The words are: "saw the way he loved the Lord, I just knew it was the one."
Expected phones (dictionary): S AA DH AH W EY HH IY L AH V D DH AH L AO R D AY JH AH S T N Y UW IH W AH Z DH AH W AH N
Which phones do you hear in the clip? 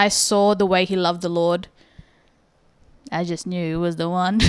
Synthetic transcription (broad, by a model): S AA DH AH W EY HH IY L AH V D DH AH L AO R D AY JH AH S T N Y UW W AH Z DH AH W AH N